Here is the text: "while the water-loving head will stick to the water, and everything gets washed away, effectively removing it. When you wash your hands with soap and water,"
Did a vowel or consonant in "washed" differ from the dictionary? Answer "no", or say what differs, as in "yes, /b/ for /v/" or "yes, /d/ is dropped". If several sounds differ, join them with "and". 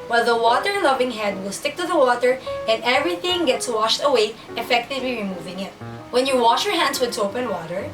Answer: no